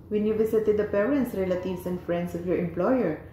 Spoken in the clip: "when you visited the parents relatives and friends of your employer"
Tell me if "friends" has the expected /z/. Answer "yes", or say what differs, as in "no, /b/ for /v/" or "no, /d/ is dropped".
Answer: no, /s/ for /z/